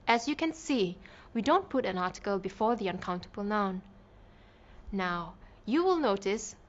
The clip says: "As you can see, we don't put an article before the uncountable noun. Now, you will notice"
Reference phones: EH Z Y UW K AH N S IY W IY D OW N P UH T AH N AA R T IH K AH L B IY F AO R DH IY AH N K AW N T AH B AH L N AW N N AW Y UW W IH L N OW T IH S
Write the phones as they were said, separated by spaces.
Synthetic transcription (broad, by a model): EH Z Y UW K AH N S IY W IY D OW N P UH T AH N AA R T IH K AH L B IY F AO R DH IY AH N K AW N T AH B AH L N AW N N AW Y UW W IH L N OW T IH S